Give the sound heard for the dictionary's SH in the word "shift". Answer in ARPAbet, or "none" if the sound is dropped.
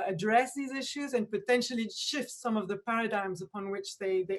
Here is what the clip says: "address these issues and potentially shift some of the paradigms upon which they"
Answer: SH